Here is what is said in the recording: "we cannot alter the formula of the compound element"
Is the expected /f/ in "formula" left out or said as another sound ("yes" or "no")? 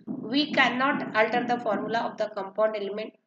no